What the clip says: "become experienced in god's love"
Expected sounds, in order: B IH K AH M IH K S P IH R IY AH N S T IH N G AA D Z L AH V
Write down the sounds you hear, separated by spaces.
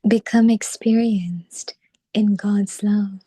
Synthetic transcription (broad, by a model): B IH K AH M IH K S P IH R IY AH N S T IH N G AA D Z L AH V